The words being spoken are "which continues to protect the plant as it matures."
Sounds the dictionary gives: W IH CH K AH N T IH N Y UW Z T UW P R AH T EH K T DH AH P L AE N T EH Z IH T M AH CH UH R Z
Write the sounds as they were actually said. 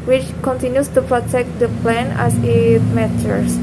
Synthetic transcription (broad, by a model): W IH CH K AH N T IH N Y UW S T UW P R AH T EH K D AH P L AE N EH S IH T M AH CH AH R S